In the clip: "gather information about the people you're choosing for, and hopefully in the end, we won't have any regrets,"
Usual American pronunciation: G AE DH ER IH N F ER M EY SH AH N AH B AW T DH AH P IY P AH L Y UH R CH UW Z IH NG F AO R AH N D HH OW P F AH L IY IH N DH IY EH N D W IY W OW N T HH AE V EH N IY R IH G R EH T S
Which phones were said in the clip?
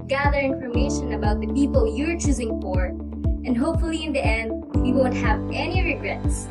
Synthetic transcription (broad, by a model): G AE DH ER IH N F ER M EY SH AH N AH B AW T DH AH P IY P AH L Y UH R CH UW Z IH NG F AO R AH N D HH OW P F AH L IY IH N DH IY EH N D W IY W OW N T HH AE V EH N IY R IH G R EH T S